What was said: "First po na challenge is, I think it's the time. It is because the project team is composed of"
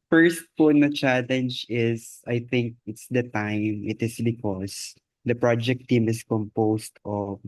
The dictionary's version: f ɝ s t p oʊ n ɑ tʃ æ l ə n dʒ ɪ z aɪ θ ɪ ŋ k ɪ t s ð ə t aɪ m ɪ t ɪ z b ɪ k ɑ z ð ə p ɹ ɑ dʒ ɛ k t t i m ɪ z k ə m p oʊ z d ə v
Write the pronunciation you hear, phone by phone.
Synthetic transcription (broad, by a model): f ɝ s t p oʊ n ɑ tʃ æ l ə n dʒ ɪ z aɪ θ ɪ ŋ k ɪ t s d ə t aɪ m ɪ t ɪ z b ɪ k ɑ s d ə p ɹ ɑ dʒ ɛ k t t i m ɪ s k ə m p oʊ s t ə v